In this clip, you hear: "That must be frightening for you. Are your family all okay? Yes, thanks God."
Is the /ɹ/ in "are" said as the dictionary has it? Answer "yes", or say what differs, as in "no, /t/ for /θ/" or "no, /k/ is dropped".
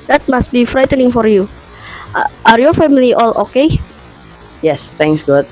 yes